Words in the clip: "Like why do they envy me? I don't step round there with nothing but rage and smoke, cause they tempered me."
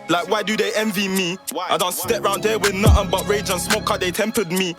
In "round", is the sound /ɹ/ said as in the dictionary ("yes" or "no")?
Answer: yes